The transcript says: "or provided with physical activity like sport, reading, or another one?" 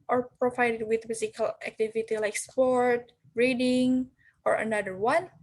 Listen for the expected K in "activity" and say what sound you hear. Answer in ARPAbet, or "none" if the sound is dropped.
K